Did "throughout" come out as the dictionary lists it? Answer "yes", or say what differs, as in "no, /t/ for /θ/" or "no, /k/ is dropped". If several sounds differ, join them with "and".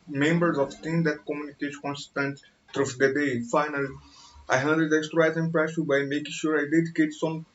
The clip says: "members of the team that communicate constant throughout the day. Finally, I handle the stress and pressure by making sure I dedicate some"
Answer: no, /t/ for /θ/